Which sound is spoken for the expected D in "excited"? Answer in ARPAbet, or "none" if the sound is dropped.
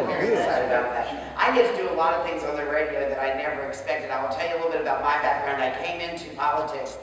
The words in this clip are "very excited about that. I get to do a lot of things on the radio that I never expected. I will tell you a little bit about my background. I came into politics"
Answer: none